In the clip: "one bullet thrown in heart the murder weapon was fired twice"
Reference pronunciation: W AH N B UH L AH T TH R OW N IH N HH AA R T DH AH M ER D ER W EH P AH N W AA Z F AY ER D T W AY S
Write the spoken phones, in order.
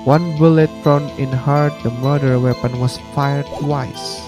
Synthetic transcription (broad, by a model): W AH N B UH L AH T F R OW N IH N HH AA R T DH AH M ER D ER W EH P AH N W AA S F AY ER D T W AY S